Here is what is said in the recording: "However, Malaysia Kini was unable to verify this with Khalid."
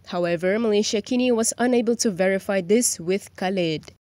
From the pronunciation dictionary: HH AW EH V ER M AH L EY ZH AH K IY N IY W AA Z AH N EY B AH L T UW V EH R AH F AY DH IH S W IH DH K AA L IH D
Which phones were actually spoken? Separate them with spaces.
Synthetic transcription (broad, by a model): HH AW EH V ER M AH L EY SH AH K IY N IY W AA Z AH N EY B AH L T UW V EH R AH F AY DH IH S W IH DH K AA L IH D